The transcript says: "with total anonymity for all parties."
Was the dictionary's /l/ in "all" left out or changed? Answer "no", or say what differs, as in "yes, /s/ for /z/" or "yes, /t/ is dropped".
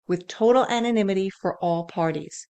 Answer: no